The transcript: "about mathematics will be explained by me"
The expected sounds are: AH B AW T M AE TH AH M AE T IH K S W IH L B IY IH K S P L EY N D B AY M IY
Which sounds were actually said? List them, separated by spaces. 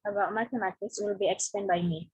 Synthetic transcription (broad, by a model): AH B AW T M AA T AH M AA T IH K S W IH L B IY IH K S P EY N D B AY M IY